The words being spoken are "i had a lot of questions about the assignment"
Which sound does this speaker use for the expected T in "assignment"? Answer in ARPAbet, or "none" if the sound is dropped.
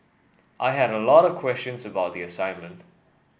T